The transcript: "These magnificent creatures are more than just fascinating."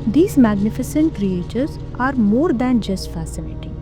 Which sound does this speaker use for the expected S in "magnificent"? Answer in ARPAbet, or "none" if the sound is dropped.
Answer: S